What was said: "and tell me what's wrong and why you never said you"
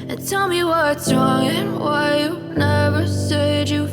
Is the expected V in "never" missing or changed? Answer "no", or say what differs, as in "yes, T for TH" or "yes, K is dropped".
no